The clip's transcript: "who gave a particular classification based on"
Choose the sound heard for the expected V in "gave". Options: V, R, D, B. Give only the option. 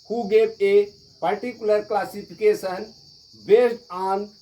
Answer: B